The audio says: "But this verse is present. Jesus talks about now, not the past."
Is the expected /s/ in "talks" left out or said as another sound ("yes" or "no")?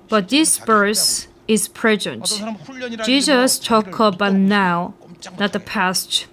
yes